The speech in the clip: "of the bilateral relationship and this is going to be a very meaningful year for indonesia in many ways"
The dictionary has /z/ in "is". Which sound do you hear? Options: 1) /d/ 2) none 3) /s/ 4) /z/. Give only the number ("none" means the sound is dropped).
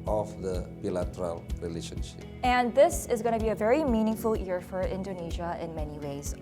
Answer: 4